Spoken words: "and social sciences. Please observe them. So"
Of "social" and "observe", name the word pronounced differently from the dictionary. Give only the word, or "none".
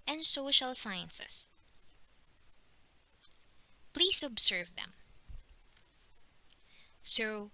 observe